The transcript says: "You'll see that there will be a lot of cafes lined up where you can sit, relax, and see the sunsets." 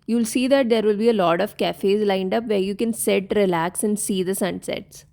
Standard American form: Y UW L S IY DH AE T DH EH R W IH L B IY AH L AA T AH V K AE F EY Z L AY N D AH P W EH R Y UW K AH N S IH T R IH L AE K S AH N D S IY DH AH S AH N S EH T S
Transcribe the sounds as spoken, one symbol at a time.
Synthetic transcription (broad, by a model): Y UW L S IY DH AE T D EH R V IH L B IY AH L AA T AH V K AE F EY Z L AY N D AH P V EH R Y UW K AH N S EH T R IH L AE K S AH N D S IY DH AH S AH N S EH T S